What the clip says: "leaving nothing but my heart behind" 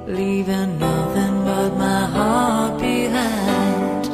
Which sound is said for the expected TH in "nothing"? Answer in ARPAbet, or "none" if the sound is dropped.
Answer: TH